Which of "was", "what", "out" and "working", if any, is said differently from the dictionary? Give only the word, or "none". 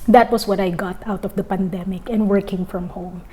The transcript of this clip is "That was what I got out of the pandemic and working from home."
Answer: was